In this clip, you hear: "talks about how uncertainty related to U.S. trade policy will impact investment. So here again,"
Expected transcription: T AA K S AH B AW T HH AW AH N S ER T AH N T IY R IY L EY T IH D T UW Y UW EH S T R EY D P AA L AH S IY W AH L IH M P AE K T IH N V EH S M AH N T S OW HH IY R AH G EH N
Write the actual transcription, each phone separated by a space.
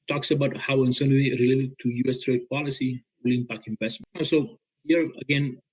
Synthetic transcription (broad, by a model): T AA K S AH B AW T HH AW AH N S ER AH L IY R IY L EY T IH D T UW Y UW EH S T R EY D P AA L AH S IY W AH L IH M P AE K IH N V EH S M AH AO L S OW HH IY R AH G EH N